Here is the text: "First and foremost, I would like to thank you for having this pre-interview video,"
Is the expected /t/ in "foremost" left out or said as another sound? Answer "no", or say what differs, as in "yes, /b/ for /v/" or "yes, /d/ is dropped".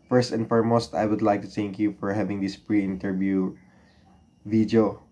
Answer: no